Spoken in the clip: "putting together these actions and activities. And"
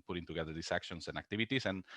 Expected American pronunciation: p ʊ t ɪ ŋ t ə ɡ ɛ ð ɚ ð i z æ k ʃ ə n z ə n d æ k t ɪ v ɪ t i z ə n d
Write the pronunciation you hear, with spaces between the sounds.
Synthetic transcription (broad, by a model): p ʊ t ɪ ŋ t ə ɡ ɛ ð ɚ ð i s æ k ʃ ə n s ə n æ k t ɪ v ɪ t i s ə n